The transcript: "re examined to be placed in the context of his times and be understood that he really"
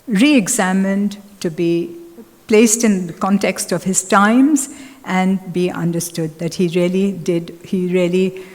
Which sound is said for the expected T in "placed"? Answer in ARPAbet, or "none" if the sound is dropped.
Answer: T